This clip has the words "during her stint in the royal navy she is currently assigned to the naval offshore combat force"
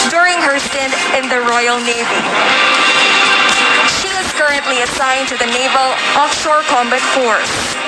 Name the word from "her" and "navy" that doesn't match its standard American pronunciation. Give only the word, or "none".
none